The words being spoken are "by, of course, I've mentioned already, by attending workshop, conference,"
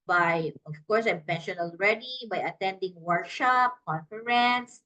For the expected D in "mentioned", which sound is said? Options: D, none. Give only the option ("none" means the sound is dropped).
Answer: none